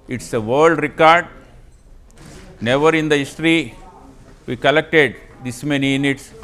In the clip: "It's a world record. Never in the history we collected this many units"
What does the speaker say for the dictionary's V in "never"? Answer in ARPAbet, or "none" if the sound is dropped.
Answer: V